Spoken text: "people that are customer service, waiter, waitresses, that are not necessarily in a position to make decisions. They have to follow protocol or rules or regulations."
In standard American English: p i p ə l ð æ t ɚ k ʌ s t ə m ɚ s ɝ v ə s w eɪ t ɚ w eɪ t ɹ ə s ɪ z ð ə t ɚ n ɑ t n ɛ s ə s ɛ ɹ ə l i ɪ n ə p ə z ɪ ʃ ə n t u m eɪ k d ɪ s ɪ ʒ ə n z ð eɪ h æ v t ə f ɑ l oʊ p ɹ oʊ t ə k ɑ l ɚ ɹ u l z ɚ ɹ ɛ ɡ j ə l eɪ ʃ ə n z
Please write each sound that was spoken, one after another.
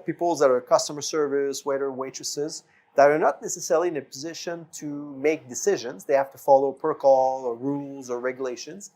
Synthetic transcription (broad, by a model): p i p l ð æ t ɚ k ʌ s t ə m ɚ s ɝ v ə s w eɪ t ɚ w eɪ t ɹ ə s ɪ z ð ə t ɚ n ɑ t n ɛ s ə s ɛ ɹ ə l i ɪ n ə p ə z ɪ ʃ ə n t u m eɪ k d ɪ s ɪ ʒ ə n z ð eɪ h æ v t ə f ɑ l oʊ p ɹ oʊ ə k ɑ l ɚ ɹ u l z ɚ ɹ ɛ ɡ j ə l eɪ ʃ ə n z